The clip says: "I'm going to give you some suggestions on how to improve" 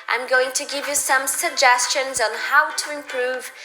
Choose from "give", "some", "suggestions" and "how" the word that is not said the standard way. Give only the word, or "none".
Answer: none